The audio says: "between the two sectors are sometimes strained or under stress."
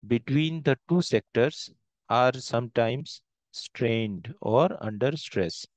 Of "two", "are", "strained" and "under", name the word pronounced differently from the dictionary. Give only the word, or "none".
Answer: none